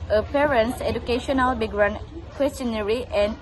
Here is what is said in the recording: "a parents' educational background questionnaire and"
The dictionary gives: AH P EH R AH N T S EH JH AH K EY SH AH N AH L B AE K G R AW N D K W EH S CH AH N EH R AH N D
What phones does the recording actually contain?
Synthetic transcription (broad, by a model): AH P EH R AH N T S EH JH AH K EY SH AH N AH L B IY G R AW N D K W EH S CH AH N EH R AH N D